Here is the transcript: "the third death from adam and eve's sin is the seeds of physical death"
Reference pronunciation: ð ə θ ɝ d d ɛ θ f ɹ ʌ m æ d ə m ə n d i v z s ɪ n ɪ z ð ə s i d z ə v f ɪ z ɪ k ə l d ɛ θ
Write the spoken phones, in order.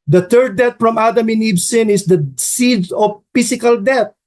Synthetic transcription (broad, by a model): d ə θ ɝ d d ɛ t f ɹ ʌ m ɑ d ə m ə n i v s ɪ n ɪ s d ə s i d ə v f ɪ s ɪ k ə l d ɛ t